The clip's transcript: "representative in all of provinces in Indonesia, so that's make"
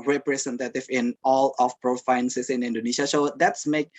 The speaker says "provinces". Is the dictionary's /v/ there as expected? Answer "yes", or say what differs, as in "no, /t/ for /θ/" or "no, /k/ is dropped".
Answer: no, /f/ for /v/